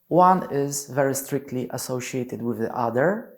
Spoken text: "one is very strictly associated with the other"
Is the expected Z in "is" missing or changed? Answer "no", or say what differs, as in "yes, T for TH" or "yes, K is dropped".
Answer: no